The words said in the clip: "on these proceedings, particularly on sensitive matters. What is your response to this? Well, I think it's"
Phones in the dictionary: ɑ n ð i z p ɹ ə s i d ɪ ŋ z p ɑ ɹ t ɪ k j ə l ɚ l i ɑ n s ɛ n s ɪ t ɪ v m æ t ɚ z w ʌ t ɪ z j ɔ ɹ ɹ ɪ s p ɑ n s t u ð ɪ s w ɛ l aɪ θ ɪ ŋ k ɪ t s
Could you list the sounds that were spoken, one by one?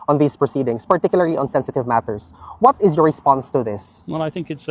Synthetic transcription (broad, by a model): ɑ n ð i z p ɹ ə s i d ɪ ŋ s p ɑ ɹ t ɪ k j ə l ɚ l i ɑ n s ɛ n s ɪ t ɪ v m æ t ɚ s w ʌ t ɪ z j ɔ ɹ ɹ ɪ s p ɑ n s t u ð ɪ s w ɛ l aɪ θ ɪ ŋ k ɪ t s